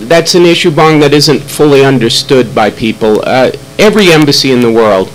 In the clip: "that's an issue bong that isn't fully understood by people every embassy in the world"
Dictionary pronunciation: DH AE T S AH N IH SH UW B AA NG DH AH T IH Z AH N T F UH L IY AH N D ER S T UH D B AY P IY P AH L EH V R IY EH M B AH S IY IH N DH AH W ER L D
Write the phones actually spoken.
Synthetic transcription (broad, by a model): DH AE T S AH N IH SH UW B AA NG DH AH T IH Z AH N T F UH L IY AH N D ER S T UH D B AY P IY P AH L EH V R IY EH M B AH S IY IH N DH AH W ER L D